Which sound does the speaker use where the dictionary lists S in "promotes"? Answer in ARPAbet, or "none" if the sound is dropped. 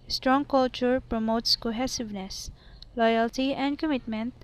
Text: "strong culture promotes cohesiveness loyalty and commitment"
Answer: S